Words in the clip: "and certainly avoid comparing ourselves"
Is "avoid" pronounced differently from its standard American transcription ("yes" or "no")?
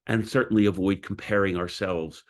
no